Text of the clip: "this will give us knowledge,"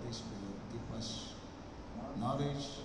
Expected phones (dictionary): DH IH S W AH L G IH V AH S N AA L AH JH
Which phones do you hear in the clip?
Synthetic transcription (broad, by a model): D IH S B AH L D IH P AH S N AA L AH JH